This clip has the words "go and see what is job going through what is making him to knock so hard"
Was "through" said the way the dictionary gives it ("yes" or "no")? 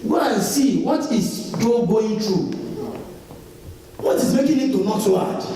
no